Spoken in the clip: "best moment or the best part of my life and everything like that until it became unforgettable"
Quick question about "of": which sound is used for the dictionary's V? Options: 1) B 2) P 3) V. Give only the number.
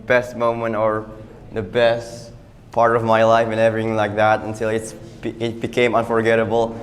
3